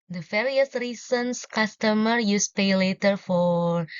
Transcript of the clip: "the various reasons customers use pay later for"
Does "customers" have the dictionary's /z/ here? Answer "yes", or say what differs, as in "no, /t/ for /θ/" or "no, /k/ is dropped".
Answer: no, /z/ is dropped